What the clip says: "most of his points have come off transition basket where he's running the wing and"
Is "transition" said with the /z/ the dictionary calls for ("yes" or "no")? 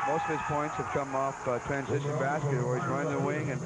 yes